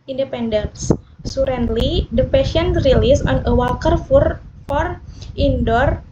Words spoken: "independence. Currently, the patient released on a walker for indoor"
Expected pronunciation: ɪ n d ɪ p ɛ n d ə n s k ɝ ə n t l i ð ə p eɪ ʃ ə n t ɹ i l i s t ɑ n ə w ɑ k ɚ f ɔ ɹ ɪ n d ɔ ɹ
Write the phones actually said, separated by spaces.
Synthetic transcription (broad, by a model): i n d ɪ p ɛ n d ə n s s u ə n l i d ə p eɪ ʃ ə n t ɹ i l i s ɑ n ə w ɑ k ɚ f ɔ ɹ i n d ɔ ɹ